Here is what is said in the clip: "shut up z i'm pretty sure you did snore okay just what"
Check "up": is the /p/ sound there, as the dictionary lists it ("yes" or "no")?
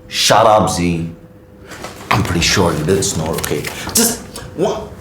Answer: no